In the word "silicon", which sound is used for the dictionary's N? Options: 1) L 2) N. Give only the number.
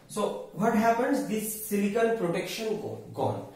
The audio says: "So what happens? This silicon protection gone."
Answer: 1